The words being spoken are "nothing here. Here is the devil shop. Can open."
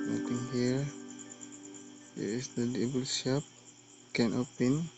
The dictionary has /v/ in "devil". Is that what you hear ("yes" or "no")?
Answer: no